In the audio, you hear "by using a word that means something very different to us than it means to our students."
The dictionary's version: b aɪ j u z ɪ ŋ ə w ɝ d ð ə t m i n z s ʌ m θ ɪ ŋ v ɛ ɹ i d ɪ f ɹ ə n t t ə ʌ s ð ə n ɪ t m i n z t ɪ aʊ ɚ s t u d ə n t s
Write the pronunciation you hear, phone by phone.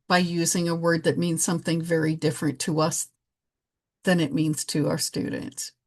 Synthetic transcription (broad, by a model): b aɪ j u z ɪ ŋ ə w ɝ d ð ə t m i n z s ʌ m θ ɪ ŋ v ɛ ɹ i d ɪ f ɹ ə n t t ə ʌ s ð ə n ɪ t m i n z t ɪ aʊ ɚ s t u d n t s